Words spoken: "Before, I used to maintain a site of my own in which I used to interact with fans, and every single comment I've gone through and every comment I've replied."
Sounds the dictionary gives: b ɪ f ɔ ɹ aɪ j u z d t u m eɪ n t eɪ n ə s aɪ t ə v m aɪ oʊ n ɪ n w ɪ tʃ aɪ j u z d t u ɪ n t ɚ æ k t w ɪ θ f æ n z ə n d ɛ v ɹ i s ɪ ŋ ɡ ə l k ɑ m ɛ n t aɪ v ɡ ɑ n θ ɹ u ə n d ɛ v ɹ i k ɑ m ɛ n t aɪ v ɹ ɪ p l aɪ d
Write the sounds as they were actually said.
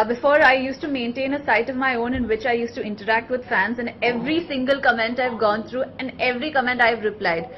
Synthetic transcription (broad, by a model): b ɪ f ɔ ɹ aɪ j u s t u m eɪ n t eɪ n ə s aɪ t ə v m aɪ oʊ n ɪ n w ɪ tʃ aɪ j u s t u ɪ n t ɚ æ k t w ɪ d f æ n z ə n d ɛ v ɹ i s ɪ ŋ ɡ ə l k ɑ m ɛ n t aɪ v ɡ ɑ n t ɹ u ə n d ɛ v ɹ i k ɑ m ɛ n t aɪ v ɹ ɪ p l aɪ d